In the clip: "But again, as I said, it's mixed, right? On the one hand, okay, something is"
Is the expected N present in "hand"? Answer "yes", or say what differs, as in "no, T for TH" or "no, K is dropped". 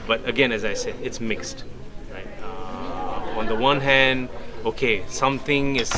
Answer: yes